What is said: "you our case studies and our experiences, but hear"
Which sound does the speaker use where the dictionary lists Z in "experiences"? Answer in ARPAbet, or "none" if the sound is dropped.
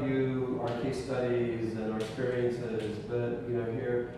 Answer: Z